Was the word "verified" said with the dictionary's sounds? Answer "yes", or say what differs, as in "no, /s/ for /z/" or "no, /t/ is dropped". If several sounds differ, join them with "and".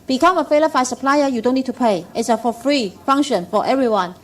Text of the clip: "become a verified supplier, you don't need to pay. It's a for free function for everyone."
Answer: no, /f/ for /v/ and /l/ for /ɹ/